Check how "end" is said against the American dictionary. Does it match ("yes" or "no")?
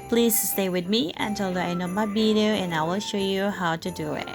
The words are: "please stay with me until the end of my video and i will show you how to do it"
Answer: no